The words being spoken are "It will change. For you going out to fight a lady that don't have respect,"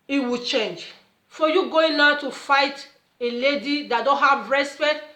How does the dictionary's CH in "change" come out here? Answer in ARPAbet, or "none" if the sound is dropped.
CH